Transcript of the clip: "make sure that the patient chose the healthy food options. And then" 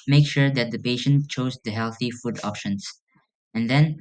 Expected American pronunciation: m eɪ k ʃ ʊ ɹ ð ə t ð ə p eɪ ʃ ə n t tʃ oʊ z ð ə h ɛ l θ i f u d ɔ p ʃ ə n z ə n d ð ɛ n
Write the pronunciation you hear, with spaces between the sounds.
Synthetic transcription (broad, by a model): m eɪ k ʃ ʊ ɹ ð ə t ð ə p eɪ ʃ ə n t tʃ oʊ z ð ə h ɛ l θ i f u d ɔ p ʃ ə n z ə n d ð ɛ n